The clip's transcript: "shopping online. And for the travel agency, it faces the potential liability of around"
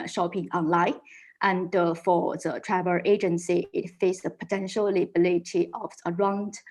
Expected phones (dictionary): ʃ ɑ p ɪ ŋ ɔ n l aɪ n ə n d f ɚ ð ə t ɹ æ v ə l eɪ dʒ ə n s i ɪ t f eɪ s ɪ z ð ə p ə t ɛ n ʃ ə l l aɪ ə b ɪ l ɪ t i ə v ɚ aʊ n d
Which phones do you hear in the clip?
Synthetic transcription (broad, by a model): ʃ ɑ p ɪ ŋ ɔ n l aɪ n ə n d f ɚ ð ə t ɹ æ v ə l eɪ dʒ ə n s i ɪ t f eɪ ɪ s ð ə p ə t ɛ n ʃ ə l l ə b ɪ l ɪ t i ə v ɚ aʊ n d